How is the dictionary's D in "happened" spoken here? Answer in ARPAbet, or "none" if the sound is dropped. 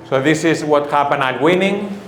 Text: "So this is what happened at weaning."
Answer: none